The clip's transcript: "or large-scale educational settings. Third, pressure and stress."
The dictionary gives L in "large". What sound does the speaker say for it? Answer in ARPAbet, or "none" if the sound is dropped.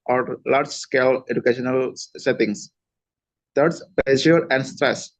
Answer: L